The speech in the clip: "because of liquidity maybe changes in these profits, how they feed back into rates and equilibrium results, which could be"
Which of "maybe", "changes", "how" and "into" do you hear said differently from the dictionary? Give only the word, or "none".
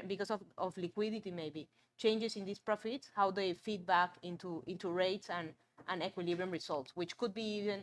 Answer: changes